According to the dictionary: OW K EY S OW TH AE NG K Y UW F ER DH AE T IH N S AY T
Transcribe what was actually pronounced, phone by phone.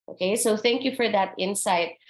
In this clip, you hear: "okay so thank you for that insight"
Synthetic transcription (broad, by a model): OW K EY S OW TH AE NG K Y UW F ER DH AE T IH N S AY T